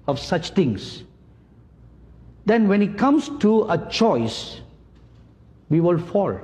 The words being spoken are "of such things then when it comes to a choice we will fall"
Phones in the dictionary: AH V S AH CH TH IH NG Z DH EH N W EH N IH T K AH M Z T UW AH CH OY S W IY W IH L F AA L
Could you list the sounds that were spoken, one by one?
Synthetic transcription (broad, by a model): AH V S AH CH T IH NG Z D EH N W EH N IH T K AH M S T UW AH CH OY S W IY W IH L F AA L